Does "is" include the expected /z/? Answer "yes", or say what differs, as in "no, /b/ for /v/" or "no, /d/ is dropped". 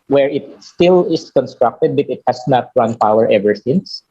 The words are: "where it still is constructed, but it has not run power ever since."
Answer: no, /s/ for /z/